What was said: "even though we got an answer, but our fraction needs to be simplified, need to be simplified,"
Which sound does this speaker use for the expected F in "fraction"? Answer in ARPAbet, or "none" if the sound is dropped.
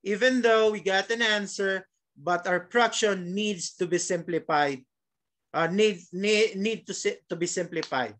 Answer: P